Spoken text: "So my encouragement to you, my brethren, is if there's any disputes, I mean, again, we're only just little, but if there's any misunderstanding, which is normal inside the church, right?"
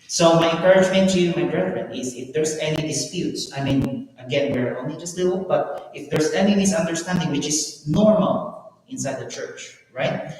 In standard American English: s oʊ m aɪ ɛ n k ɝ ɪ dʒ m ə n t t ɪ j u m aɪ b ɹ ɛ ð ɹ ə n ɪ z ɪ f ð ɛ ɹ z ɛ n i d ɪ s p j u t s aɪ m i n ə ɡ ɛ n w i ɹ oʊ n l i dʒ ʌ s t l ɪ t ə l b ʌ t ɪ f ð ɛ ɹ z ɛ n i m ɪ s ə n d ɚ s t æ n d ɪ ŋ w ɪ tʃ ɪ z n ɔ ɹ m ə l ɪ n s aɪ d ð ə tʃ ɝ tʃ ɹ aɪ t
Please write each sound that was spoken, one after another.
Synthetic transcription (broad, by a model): s oʊ m aɪ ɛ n k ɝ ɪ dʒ m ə n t t ɪ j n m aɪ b ɹ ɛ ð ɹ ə n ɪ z ɪ f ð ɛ ɹ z ɛ n i d ɪ s p j u t s aɪ m i n ə ɡ ɛ n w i ɹ oʊ n l i dʒ ʌ s t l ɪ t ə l b ʌ t ɪ f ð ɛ ɹ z ɛ n i m ɪ s ə n d ɚ s t æ n d ɪ ŋ w ɪ tʃ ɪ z n ɔ ɹ m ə l ɪ n s aɪ d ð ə tʃ ɝ tʃ ɹ aɪ t